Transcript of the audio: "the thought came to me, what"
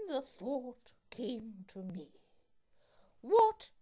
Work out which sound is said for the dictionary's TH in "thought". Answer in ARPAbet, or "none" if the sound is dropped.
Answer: TH